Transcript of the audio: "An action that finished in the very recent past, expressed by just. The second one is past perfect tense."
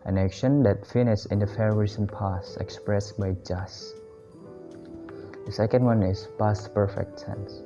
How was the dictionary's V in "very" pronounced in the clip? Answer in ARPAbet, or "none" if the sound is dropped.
F